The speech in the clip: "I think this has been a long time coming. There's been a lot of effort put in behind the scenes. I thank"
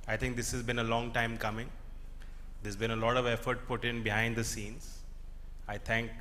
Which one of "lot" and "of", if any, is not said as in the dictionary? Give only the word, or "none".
none